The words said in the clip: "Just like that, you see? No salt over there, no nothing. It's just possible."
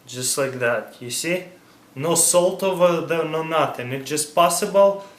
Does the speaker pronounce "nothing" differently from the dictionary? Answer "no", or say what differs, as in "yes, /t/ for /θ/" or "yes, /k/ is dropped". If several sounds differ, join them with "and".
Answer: yes, /t/ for /θ/